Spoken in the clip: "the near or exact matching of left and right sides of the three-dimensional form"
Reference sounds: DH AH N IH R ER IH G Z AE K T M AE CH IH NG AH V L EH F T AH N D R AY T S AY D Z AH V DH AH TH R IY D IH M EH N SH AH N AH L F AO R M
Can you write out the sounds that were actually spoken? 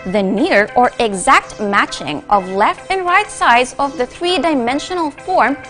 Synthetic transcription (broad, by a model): DH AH N IH R ER IH G Z AE K T M AE CH IH NG AH V L EH F T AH N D R AY T S AY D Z AH V DH AH TH R IY D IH M EH N SH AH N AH L F AO R M